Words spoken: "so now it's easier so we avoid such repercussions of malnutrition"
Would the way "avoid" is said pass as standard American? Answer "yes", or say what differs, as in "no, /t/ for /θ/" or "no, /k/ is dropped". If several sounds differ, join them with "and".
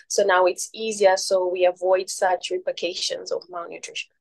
yes